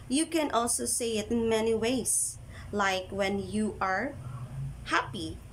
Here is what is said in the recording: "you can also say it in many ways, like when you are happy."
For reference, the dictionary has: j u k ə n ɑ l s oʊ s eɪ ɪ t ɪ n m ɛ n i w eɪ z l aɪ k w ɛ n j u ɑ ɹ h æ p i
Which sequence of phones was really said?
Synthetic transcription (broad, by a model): j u k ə n ɑ l s oʊ s eɪ ɪ t ɪ n m ɛ n i w eɪ s l aɪ k w ɛ n j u ɑ ɹ h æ p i